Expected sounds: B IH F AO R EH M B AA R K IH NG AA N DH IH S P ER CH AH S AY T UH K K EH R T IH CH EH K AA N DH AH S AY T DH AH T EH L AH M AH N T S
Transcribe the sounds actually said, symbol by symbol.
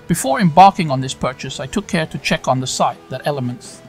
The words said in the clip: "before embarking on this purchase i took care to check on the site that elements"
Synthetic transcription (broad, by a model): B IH F AO R EH M B AA R K IH NG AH N DH IH S P ER CH AH S AY T UH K K EH R T IH CH EH K N DH AH S AY T DH AH T EH L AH M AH N T S